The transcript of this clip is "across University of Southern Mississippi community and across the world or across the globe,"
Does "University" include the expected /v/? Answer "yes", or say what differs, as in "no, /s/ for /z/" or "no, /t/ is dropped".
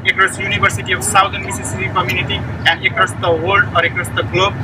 no, /b/ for /v/